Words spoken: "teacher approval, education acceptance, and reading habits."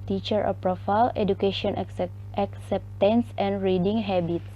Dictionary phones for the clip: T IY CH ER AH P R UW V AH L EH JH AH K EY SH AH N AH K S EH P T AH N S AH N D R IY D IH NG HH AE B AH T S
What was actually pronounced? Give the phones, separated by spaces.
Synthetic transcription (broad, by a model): T IY CH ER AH P R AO F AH L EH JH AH K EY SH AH N AH K S EH P T AH N S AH N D R IY D IH NG HH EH B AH T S